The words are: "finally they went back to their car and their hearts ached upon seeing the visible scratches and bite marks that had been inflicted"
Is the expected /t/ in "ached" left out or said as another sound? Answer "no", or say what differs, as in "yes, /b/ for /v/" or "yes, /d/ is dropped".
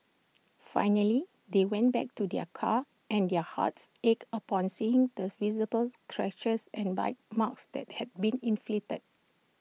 yes, /t/ is dropped